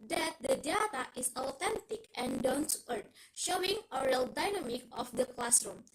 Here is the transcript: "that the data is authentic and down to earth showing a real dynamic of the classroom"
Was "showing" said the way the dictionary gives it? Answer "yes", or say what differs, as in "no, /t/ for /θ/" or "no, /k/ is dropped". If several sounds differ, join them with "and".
yes